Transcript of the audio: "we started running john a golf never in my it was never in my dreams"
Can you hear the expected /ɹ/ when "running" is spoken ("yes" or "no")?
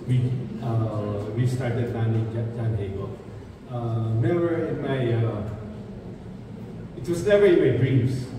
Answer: no